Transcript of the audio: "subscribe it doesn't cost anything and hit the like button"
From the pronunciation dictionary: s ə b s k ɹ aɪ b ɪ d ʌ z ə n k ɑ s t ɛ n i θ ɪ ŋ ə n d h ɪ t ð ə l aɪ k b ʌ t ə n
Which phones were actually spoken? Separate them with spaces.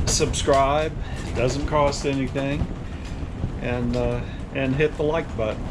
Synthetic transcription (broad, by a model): s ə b s k ɹ aɪ b d ʌ z ə n k ɑ s t ɛ n i θ ɪ ŋ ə n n h ɪ t ð ə l aɪ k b ʌ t